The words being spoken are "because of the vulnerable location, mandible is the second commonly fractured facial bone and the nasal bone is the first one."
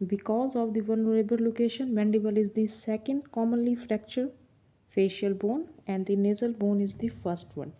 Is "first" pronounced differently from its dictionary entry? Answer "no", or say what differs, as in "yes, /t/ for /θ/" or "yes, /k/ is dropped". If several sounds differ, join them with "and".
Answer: no